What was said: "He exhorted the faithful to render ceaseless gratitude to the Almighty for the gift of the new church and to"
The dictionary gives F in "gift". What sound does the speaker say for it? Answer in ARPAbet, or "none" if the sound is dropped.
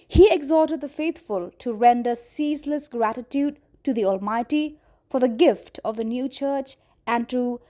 F